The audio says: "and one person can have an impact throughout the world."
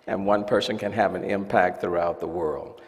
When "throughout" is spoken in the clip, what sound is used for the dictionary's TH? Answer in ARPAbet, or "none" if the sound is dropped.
TH